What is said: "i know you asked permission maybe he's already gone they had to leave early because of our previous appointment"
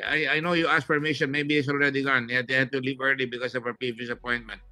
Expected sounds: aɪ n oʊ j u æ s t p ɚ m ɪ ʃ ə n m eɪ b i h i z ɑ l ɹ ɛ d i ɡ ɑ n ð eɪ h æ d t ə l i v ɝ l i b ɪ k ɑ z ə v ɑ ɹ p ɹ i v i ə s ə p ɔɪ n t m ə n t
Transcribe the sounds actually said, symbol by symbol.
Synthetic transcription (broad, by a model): aɪ n oʊ j u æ s p ɚ m ɪ ʃ ə n m eɪ b i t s ɑ l ɹ ɛ d i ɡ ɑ n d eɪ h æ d t ə l i v ɝ l i b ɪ k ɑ s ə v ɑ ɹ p i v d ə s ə p ɔɪ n t m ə n t